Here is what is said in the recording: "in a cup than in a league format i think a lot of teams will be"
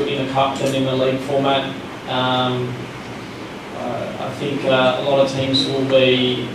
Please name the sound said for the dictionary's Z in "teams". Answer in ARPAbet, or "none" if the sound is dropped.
Z